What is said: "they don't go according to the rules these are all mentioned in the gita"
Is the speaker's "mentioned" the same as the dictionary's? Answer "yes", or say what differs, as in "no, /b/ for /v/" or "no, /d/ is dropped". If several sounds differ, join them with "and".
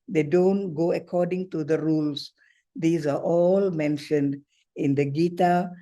yes